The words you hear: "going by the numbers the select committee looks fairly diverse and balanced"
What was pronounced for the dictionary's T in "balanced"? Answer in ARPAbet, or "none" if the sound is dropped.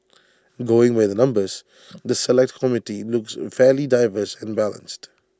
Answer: T